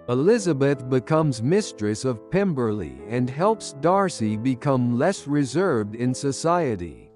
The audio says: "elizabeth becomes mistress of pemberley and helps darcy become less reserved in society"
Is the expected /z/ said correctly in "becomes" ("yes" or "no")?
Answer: yes